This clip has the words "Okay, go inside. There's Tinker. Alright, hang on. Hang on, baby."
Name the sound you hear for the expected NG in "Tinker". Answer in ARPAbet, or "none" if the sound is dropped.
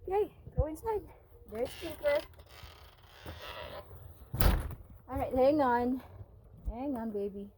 none